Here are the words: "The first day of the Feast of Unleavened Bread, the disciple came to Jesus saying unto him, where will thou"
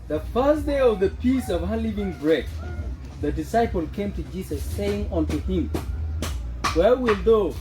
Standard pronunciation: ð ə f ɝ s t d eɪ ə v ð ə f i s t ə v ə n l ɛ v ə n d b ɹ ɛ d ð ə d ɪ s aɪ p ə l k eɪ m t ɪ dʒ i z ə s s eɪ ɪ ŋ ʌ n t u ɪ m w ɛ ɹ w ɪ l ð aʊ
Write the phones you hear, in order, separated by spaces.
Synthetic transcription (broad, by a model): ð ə f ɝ s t d eɪ ə v ð ə p i s ə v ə l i v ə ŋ b ɹ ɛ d ð ə d ɪ s aɪ p ə l k eɪ m t ɪ dʒ i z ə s s eɪ ɪ ŋ ʌ n t u ɪ m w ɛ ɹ w ɪ l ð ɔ